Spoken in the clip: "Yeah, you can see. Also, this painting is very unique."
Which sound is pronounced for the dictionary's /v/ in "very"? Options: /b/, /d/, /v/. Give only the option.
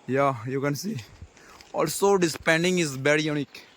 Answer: /b/